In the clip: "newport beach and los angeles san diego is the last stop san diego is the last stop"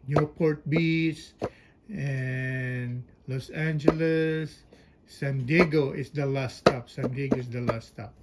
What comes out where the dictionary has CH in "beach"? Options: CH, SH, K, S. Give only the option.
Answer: S